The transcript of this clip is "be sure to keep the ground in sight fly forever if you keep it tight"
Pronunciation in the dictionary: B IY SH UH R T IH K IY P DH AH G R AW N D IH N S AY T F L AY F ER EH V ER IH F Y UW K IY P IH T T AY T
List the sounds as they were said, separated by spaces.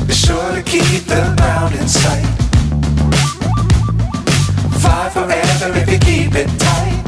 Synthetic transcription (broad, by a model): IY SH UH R T IH K IY P DH AH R AW N D IH N S AY T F AY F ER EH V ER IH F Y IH K IY P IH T T AY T